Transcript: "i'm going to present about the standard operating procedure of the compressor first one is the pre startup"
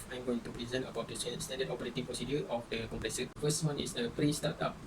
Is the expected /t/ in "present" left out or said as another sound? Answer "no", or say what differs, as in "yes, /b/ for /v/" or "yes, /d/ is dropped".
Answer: yes, /t/ is dropped